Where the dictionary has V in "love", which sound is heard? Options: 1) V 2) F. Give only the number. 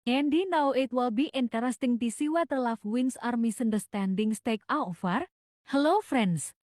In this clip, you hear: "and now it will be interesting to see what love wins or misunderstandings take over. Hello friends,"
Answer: 2